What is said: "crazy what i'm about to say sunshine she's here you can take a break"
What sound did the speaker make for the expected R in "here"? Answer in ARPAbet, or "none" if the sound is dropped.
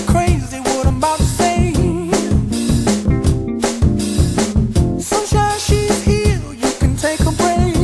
L